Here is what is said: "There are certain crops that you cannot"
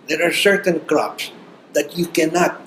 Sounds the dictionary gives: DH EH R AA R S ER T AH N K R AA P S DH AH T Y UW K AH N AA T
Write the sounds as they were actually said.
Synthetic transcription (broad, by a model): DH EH R AA R S ER T AH N K R AA P S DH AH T Y UW K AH N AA T